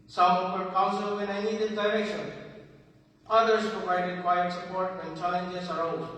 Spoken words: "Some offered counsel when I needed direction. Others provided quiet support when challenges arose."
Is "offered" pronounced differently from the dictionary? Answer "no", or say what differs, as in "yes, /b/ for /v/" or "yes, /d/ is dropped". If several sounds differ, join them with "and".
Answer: yes, /p/ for /f/